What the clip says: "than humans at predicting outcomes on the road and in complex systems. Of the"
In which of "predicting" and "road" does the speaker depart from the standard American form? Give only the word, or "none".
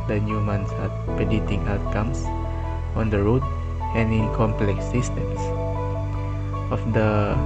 predicting